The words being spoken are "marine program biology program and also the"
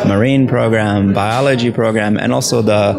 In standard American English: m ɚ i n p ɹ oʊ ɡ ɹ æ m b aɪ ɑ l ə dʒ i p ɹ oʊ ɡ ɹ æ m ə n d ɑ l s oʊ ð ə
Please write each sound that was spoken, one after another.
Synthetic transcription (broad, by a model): m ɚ i n p ɹ oʊ ɡ ɹ æ m b aɪ ɑ l ə dʒ i p ɹ oʊ ɡ ɹ æ m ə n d ɑ l s oʊ ð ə